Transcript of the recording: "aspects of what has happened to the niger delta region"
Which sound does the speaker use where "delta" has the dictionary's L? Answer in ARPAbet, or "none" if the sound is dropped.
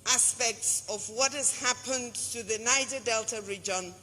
L